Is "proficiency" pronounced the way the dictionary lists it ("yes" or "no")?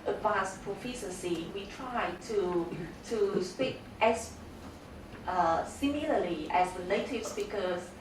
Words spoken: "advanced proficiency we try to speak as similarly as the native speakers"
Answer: no